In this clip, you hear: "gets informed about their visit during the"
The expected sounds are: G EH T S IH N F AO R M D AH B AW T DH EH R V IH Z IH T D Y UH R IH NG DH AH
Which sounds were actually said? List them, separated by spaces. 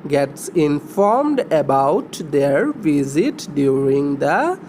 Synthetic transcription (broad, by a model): G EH T S IH N F AO R M D AH B AW T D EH R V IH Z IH T D Y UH R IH NG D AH